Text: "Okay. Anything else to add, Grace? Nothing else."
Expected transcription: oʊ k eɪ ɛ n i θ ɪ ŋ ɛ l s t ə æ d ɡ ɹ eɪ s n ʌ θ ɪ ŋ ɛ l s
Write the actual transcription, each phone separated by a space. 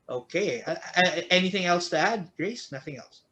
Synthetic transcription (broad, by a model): oʊ k eɪ ɛ n i θ ɪ ŋ ɛ l s t ə æ d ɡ ɹ eɪ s n ʌ θ ɪ ŋ ɛ l s